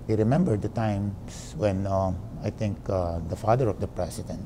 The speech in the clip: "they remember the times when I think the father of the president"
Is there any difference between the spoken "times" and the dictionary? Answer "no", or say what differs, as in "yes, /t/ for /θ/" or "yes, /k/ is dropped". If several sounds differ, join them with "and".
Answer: yes, /s/ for /z/